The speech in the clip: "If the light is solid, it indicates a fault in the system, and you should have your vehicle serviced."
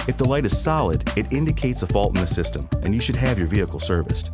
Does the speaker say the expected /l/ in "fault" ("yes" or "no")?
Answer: yes